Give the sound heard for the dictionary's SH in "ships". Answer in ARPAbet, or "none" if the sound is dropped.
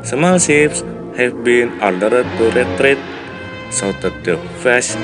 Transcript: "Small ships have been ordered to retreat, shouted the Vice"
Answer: S